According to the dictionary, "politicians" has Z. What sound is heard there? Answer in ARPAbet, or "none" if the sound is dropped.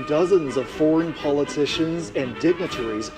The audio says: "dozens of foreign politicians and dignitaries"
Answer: Z